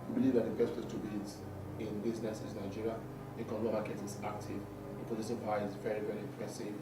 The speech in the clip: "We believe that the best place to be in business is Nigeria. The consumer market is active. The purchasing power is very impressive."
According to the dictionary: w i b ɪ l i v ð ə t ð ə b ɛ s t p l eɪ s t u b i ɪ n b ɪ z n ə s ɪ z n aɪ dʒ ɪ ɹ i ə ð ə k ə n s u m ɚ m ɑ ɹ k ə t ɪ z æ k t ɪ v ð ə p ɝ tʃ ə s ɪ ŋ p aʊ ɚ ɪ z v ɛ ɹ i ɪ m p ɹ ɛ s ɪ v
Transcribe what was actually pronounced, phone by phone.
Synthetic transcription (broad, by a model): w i b ɪ l i v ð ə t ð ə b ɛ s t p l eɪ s t u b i ɪ n b ɪ z n ə s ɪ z n aɪ dʒ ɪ ɹ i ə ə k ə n ɔ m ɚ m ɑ k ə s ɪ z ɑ k t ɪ v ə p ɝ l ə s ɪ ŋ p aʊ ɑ ɪ z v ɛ ɹ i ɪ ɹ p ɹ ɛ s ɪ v